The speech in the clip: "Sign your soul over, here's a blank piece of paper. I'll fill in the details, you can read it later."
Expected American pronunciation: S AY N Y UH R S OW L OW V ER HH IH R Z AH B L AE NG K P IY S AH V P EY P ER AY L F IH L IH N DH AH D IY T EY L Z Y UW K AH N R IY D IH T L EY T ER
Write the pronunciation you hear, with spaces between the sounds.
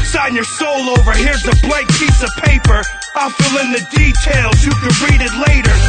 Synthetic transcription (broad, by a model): S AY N Y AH R S OW L OW V ER HH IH R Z AH B L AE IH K P IY S AH V P EY P ER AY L F IH L IH N DH AH D IY T EY L Z Y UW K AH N R IY D IH T L EY T ER